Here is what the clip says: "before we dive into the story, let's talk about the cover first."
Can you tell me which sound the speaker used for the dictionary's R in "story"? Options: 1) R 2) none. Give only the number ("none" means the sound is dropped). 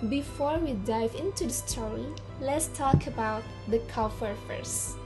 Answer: 2